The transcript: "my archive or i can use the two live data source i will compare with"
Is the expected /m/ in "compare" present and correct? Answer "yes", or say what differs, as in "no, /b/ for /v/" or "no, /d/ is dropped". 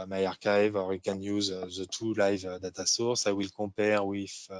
no, /m/ is dropped